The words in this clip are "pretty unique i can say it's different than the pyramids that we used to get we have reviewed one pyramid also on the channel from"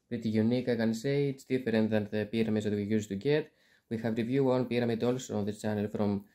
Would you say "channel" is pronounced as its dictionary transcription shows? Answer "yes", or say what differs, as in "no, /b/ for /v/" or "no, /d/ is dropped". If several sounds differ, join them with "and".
yes